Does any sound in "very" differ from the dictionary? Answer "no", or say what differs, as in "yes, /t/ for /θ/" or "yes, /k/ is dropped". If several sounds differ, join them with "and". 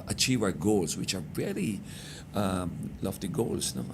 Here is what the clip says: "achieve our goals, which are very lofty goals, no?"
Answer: yes, /l/ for /ɹ/